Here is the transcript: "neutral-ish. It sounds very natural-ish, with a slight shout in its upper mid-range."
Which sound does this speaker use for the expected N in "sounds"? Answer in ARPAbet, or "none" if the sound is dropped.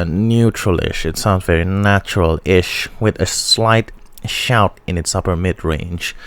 N